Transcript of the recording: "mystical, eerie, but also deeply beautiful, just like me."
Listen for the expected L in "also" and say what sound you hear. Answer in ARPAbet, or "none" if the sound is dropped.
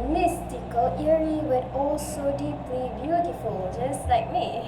L